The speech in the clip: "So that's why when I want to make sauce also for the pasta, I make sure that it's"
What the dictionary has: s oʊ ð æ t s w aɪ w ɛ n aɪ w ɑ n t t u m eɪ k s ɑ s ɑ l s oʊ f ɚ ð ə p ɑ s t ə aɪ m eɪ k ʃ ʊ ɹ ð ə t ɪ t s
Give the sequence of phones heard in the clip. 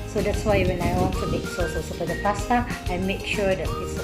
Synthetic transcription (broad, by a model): s oʊ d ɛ t s w aɪ w ɛ n aɪ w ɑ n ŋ t u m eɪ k s ɑ s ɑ s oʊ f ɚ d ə p ɑ s t ə aɪ m eɪ k ʃ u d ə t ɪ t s